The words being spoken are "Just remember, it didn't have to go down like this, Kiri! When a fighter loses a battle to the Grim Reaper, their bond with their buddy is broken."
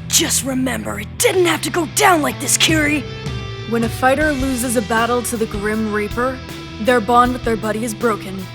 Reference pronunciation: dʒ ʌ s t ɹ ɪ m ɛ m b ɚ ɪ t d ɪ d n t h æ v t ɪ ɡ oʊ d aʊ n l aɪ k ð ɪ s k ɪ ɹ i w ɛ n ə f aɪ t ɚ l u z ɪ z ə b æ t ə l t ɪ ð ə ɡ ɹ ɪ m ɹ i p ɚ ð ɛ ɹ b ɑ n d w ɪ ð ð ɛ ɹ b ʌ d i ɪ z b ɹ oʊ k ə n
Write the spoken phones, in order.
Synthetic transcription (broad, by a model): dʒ ʌ s t ɹ ɪ m ɛ m b ɚ ɪ t d ɪ d n t h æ f t ɪ ɡ oʊ d aʊ n l aɪ k ð ɪ s k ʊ ɹ i w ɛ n ə f aɪ t ɚ l u z ɪ z ə b æ t l t ɪ ð ə ɡ ɹ ɪ m ɹ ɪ p ɚ ð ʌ ɹ b ɑ n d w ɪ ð ð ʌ ɹ b ʌ d i ɪ z b ɹ oʊ k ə n